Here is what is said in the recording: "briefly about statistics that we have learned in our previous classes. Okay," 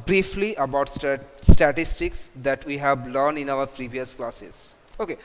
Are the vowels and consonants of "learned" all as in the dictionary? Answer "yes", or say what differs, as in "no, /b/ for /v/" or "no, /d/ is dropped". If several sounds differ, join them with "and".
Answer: no, /d/ is dropped